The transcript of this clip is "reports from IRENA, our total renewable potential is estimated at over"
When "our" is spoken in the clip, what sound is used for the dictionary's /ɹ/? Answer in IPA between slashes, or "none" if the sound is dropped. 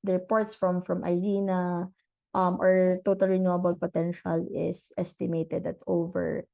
/ɹ/